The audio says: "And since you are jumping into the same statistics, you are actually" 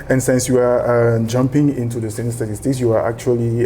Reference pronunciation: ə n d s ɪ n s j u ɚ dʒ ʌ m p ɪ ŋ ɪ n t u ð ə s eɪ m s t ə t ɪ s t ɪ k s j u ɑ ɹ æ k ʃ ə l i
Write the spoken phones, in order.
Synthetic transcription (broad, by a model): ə n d s ɪ n s j u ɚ dʒ ʌ m p ɪ ŋ ɪ n t u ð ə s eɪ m s t ə t ɪ s t ɪ k s j u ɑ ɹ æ k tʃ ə l i